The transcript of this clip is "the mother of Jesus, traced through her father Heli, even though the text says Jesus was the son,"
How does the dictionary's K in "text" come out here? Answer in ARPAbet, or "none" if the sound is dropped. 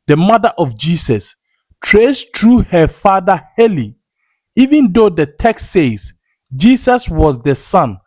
K